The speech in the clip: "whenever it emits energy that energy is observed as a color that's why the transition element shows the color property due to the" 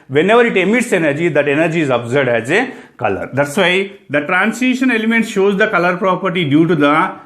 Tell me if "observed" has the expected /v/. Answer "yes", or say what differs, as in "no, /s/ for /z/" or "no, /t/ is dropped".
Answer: no, /v/ is dropped